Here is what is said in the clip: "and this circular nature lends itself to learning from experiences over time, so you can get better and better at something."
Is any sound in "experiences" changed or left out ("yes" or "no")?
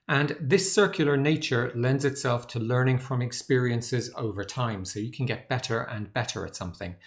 no